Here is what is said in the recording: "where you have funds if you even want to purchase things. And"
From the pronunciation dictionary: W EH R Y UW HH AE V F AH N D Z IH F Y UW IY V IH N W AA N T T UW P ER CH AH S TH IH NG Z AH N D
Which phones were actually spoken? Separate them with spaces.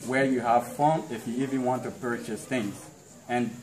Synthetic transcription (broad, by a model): W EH R Y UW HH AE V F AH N IH F Y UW IY V IH N W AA N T T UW P ER CH AH S TH IH NG Z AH N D